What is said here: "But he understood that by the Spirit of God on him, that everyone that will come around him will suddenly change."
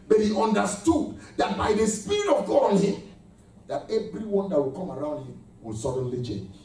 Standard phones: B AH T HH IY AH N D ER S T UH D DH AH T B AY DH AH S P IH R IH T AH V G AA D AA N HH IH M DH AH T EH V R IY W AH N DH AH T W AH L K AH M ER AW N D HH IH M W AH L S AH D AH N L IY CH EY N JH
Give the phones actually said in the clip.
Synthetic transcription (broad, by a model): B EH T HH IY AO N D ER S T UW D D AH T B AY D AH S P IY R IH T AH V G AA AA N HH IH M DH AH T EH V R IY W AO N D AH T W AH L K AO M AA AW N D HH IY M W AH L S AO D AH N L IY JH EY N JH